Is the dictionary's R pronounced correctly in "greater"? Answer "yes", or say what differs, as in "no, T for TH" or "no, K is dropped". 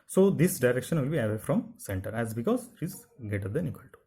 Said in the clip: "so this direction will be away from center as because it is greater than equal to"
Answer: no, R is dropped